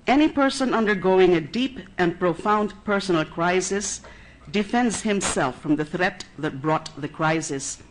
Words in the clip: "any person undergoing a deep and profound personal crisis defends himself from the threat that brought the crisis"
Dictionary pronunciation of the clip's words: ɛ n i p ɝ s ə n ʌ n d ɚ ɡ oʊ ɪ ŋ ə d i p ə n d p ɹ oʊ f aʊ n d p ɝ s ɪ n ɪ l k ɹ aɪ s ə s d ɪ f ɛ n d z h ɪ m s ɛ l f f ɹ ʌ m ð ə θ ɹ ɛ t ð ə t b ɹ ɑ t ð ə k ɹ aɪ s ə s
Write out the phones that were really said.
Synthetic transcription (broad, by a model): ɛ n i p ɝ s ə n ʌ n d ɚ ɡ oʊ ɪ ŋ ə d i p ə n p ɹ oʊ f aʊ n d p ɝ s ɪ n l k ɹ aɪ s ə s d ɪ f ɛ n d z h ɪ m s ɛ l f f ɹ ʌ m ð ə θ ɹ ɛ t ð ə t b ɹ ɑ t ð ə k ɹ aɪ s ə s